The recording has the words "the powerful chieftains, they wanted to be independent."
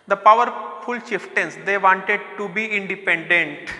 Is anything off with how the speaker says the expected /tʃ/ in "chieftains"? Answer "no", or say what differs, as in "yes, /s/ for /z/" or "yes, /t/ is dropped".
yes, /ʃ/ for /tʃ/